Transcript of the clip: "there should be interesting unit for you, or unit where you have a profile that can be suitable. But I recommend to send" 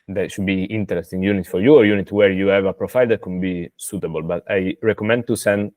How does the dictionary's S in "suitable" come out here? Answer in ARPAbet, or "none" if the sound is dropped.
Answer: S